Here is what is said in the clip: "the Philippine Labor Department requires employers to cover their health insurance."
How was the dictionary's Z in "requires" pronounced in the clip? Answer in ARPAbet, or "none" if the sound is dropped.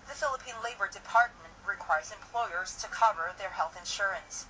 Z